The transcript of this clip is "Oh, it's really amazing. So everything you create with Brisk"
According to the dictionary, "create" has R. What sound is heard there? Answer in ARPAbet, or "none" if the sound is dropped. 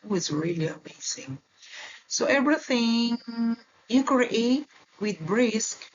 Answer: none